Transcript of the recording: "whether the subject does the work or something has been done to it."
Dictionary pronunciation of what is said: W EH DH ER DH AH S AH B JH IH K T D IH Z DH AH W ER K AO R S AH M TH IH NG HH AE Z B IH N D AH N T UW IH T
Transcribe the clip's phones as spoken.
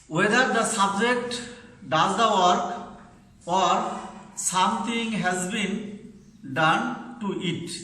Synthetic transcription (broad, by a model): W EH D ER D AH S AH B JH IH K T D IH Z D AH W ER K AO R S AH M T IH NG HH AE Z B IH N D AH N T UW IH T